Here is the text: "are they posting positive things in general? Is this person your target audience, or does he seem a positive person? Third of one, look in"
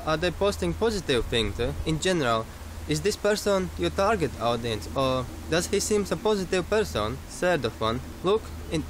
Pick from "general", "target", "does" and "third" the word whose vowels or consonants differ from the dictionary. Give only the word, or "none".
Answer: third